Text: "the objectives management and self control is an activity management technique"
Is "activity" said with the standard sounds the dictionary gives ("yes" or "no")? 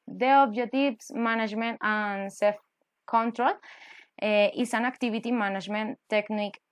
no